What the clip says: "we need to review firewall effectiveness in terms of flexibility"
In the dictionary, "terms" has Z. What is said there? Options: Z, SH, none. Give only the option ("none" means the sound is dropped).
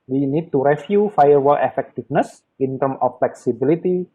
none